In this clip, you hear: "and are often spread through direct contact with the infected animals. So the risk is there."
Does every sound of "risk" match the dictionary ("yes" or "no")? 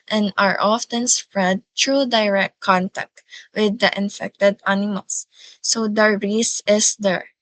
no